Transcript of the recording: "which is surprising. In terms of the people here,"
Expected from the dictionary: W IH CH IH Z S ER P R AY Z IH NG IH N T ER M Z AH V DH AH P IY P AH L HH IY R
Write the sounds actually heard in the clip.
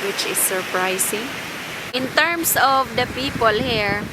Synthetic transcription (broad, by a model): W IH CH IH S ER P R AY S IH NG IH N T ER M S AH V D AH P IY P AH L HH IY R